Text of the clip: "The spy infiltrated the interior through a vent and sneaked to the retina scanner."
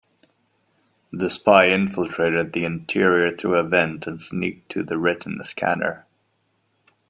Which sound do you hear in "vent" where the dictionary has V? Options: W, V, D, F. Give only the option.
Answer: V